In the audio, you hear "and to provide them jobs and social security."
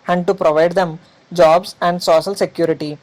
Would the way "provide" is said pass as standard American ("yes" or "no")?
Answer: yes